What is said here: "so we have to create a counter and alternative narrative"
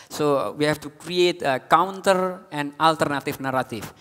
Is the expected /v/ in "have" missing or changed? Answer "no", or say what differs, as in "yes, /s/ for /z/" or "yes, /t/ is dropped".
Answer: yes, /f/ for /v/